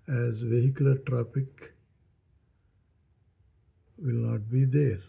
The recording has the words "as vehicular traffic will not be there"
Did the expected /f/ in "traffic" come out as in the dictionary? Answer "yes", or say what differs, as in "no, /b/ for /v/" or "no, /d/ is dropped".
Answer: no, /p/ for /f/